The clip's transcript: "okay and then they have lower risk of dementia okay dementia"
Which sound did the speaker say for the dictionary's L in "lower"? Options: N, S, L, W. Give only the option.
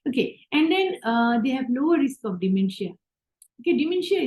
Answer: N